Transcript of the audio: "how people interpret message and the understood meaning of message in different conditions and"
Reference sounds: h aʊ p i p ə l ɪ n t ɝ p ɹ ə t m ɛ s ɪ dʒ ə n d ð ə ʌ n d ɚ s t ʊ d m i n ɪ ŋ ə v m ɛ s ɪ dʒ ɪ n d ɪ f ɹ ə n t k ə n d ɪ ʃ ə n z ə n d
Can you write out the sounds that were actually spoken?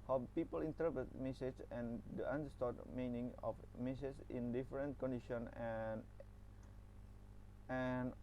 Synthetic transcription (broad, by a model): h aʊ p i p ə l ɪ n t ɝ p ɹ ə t m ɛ s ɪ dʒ ə n d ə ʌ n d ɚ s t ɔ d m i n ɪ ŋ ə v m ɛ s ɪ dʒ ɪ n d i f ɹ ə n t k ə n d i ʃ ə n ə n